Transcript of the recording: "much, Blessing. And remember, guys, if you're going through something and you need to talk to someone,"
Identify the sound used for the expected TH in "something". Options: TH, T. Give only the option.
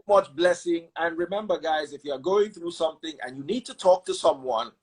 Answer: TH